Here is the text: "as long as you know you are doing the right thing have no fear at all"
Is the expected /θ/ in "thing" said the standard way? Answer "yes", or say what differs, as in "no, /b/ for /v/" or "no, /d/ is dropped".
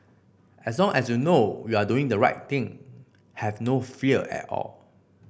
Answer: no, /t/ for /θ/